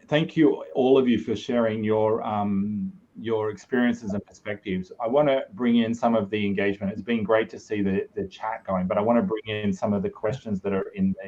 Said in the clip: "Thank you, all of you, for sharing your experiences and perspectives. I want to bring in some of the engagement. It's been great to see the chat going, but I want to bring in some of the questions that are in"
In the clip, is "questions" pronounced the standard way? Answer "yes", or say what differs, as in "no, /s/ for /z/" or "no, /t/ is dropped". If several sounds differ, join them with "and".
yes